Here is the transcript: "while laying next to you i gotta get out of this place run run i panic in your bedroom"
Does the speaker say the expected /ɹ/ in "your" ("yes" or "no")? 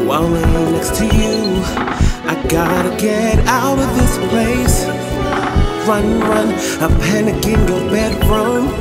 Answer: no